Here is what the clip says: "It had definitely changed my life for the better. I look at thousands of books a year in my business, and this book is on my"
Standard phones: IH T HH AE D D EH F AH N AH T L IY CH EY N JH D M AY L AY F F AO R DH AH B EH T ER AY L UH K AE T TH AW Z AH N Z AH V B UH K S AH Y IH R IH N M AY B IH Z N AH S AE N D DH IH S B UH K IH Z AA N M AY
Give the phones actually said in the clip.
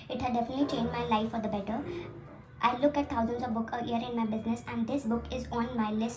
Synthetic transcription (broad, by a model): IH T HH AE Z D EH F AH N AH T L IY CH EY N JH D M AY L AY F F AO R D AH B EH T ER AY L UH K AE T T AW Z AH N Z AH V B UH K AH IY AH R IH N M AY B IH Z N AH S AE N D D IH S B UH K IH Z AA N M AY